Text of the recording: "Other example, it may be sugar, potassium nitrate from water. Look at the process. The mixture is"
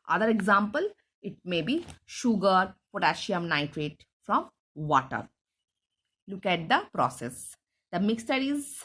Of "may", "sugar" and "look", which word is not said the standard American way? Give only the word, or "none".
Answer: none